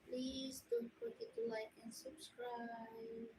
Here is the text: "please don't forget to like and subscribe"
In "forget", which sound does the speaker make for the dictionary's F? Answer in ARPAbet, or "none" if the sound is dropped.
P